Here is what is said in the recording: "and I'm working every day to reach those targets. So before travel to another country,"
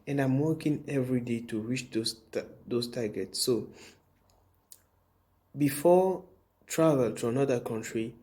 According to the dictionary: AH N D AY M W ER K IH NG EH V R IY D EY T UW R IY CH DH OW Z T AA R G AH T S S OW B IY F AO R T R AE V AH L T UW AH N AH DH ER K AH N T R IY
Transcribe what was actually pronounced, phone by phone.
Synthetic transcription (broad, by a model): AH N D AY M W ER K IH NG EH V R IY D EY T UW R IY S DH OW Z T AA G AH T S S OW B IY F AO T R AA V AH L T UW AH N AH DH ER K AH N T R IY